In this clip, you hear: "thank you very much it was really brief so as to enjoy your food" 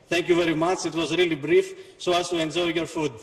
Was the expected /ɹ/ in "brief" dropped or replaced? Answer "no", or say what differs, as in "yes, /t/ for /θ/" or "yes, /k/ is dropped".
no